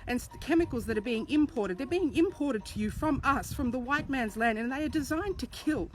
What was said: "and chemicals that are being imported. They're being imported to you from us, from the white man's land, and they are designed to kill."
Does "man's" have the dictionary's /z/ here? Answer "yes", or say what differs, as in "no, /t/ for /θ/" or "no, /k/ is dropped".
yes